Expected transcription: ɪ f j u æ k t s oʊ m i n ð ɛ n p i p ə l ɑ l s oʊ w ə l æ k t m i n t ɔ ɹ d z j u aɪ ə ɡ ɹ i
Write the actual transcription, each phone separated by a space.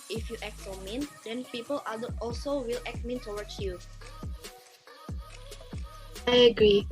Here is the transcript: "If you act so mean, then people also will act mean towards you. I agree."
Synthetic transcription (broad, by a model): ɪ f j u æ k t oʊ m i n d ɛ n p i p ə l ɑ l s oʊ w ə l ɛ k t m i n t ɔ w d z j u aɪ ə ɡ ɹ i